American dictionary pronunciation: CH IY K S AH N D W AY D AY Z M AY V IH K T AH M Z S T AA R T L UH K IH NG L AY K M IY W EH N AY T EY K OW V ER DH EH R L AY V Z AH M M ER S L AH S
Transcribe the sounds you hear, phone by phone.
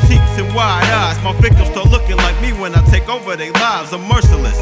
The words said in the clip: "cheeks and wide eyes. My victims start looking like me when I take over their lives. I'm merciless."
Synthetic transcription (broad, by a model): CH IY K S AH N W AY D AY S M AY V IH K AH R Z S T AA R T L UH K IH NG L AY K M IY W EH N AY T EY K OW V ER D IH L AY V Z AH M M ER S L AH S